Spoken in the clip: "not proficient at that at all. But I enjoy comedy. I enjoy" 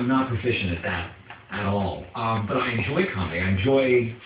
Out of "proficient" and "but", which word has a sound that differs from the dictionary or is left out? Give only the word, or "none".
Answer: proficient